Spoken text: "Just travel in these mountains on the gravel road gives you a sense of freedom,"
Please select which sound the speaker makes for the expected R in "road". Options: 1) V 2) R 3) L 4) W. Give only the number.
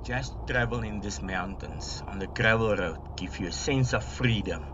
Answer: 2